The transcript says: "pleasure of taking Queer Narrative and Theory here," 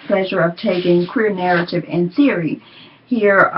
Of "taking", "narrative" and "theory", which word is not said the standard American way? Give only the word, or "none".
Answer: none